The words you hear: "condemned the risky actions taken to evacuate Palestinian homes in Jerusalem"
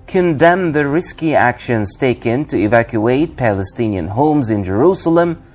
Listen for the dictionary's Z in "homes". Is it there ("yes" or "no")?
yes